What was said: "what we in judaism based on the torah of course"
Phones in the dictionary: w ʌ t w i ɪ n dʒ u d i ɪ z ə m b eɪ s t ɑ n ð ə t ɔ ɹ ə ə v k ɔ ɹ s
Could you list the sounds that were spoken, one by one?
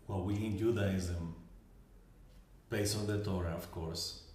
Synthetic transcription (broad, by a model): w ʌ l w i ɪ n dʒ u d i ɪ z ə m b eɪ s ɑ n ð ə t ɔ ɹ ə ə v k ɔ ɹ s